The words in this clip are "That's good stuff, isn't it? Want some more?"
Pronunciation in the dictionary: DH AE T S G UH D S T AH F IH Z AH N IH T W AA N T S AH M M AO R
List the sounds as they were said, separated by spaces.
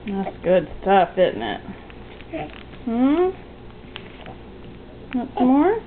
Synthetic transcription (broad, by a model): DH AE T S G UH D S T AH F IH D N IH T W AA T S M M AO R